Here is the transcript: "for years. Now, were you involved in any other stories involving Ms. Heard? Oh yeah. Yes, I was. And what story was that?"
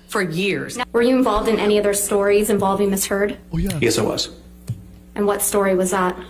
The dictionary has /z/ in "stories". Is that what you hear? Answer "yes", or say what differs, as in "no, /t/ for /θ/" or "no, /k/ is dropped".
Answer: yes